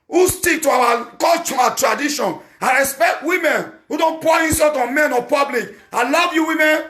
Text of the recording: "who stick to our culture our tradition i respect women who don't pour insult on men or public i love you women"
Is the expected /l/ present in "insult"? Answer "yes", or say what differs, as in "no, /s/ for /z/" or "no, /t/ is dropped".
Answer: no, /l/ is dropped